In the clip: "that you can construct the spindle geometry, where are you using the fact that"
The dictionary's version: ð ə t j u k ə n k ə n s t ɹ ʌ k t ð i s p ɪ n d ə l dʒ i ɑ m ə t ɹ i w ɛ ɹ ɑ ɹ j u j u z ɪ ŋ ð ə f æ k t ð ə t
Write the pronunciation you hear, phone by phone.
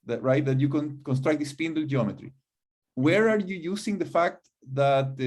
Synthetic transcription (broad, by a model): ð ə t j u k ə n k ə n s t ɹ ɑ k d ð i s p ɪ n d l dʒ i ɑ m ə t ɹ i w ɛ ɹ ɑ ɹ j u j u s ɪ ŋ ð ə f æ k t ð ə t